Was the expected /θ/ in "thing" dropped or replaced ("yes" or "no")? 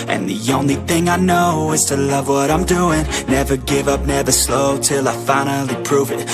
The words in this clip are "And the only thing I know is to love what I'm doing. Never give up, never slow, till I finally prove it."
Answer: no